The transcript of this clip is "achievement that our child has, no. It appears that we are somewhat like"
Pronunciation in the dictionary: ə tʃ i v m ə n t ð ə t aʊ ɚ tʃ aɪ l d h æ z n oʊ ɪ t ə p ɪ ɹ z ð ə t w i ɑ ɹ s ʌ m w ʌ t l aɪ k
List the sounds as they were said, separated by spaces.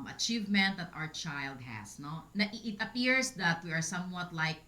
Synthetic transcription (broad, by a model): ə tʃ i v m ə n t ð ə t aʊ ɚ tʃ aɪ l d h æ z n oʊ ɪ t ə p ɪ ɹ s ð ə t w i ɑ ɹ s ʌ m w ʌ t l aɪ k